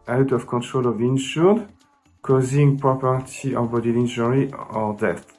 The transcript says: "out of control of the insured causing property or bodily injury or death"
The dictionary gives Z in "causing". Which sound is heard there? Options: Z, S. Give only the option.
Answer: Z